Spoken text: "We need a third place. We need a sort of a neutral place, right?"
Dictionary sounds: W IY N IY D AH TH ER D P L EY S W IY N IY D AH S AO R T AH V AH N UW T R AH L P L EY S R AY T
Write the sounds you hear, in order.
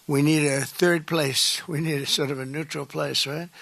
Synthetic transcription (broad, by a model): W IY N IY D AH TH ER D P L EY S W IY N IY D AH S AO R T AH V AH N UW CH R L P L EY S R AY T